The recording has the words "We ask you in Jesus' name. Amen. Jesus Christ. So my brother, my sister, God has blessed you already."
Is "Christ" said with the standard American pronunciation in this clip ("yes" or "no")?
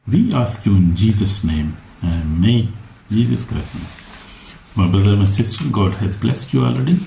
no